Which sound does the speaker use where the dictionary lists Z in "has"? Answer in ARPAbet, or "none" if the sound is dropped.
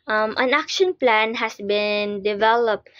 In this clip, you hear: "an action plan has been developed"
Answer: S